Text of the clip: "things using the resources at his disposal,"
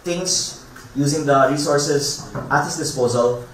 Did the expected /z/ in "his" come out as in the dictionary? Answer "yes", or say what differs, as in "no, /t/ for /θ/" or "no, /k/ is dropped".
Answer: no, /s/ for /z/